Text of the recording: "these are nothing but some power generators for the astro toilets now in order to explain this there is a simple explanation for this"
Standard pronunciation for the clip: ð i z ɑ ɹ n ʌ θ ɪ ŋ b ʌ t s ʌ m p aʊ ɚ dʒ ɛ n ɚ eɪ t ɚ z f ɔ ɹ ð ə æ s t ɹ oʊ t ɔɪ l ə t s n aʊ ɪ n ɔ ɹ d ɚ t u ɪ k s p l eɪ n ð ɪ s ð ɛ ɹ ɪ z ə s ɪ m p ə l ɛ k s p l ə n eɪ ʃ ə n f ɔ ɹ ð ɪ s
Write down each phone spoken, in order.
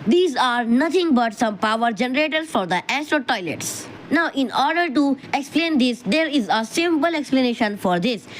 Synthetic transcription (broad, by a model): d i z ɑ ɹ n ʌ t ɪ ŋ b ʌ t s ʌ m p aʊ ɚ dʒ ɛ n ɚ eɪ t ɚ f ɔ ɹ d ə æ s t ɹ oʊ t ɔɪ l ə t s n aʊ ɪ n ɔ ɹ d ɚ t u ɪ k s p l eɪ n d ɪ s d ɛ ɹ ɪ z ə s ɪ m p ə l ɛ k s p l ə n eɪ ʃ ə n f ɔ ɹ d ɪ s